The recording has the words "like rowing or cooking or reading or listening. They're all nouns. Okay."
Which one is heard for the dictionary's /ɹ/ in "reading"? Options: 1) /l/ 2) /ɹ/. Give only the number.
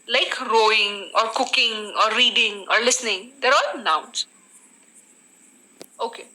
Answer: 2